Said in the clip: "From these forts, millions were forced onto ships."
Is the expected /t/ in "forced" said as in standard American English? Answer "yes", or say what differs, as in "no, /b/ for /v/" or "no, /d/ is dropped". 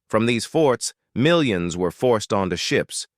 yes